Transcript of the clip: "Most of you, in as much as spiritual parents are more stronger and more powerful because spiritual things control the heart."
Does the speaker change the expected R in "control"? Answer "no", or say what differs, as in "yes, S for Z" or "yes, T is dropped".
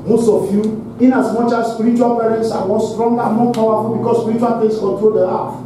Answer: no